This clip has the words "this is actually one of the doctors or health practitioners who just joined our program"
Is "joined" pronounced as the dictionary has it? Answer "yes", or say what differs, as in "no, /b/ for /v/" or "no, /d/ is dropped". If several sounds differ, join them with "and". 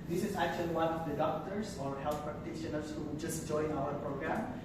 no, /d/ is dropped